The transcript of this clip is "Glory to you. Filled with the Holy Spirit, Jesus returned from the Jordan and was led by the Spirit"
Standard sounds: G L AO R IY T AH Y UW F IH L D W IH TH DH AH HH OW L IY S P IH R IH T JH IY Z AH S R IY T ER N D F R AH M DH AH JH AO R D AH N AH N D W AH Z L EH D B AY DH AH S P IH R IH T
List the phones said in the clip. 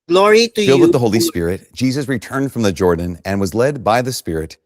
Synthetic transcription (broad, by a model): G L AO R IY T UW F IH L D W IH DH AH HH OW L IY S P IH R IH T JH IY Z AH S R IY T ER N D F R AH M DH AH JH AO R D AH N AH N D W AH Z L EH D B AY DH AH S P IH R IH T